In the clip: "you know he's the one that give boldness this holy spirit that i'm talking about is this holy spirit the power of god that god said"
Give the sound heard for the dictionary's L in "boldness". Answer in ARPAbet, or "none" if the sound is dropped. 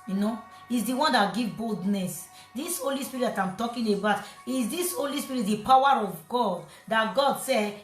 L